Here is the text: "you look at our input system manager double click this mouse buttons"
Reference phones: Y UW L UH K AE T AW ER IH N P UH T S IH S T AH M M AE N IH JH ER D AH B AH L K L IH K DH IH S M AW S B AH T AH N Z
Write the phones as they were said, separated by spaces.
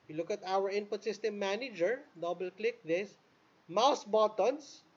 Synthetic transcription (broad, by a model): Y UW L UH K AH T AW ER IH N P UH T S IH S T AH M M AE N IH JH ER D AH B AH L K L IH K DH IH S M AW S B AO T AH N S